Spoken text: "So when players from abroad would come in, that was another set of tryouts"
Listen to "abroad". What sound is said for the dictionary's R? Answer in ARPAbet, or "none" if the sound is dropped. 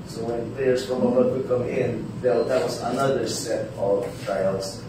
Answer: none